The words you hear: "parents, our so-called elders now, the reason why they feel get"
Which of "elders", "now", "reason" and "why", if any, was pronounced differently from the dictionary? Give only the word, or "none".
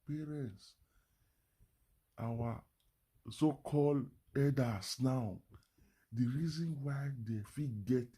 elders